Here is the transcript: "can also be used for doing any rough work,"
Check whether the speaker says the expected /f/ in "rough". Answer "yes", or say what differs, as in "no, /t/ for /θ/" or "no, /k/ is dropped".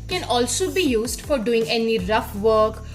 yes